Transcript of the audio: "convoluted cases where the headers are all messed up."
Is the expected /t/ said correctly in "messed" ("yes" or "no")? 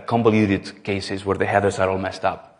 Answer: yes